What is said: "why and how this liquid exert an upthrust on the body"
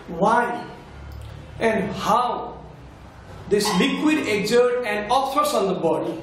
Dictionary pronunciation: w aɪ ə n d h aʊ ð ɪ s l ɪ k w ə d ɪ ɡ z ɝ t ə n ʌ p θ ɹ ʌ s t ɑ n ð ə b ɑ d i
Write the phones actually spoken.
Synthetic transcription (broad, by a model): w aɪ ə n d h aʊ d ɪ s l ɪ k w ə d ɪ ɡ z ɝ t ə n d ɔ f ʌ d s ɑ n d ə b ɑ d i